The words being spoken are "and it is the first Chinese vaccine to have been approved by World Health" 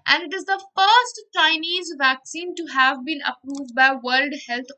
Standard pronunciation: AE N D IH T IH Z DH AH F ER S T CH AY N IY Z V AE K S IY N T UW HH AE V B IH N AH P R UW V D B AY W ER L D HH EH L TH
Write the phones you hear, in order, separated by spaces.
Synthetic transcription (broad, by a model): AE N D IH T IH Z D AH F ER S T CH AY N IY Z V AE K S IY N T UW HH AE V B IH N AH P R UW V D B AY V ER L D HH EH L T